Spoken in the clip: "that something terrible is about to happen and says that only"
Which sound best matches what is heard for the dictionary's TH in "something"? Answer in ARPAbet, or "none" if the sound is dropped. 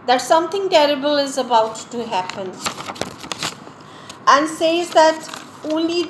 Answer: T